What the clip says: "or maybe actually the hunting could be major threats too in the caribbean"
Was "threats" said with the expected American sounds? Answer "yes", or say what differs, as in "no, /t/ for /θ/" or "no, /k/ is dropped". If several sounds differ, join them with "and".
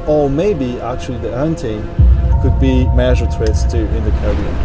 no, /t/ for /θ/